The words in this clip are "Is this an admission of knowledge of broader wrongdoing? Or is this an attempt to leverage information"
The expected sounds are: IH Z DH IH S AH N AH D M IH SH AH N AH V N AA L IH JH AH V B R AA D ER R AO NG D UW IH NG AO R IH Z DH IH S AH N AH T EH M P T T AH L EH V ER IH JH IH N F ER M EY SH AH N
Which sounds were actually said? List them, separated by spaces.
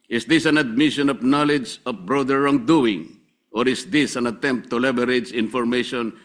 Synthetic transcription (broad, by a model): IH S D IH S AH N AH D M IH SH AH N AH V N AA L IH JH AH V B R AA D ER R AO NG D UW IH NG AO R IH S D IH S AH N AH T EH M P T T AH L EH B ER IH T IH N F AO M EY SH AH N